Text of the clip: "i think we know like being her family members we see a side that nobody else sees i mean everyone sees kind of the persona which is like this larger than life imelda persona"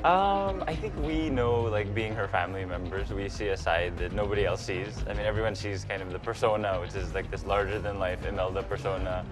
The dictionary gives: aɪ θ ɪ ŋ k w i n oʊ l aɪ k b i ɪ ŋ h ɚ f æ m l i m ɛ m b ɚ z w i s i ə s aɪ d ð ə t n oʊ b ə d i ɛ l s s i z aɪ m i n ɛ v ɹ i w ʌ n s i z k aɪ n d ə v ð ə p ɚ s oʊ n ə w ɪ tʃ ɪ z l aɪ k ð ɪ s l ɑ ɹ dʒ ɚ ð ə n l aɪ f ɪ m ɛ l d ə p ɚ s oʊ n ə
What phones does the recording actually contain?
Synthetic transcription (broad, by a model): aɪ θ ɪ ŋ k w i n oʊ l aɪ k b i ɪ ŋ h ɚ f æ m l i m ɛ m b ɚ z w i s i ə s aɪ d ð ə t n oʊ b ə d i ɛ l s s i z aɪ m i n ɛ v ɹ i w ʌ n ʃ i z k aɪ n d ə v ð ə p ɚ s oʊ n ə w ɪ tʃ ɪ z l aɪ k ð ɪ s l ɑ ɹ dʒ ɚ ð ə n l aɪ f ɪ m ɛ l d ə p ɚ s oʊ n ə